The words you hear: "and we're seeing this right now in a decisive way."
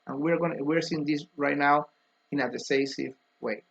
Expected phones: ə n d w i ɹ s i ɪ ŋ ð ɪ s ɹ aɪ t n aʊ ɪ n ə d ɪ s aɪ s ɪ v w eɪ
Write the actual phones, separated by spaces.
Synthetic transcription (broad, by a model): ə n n w i ɹ s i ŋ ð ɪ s ɹ aɪ t n aʊ ɪ n ə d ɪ s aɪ s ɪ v w eɪ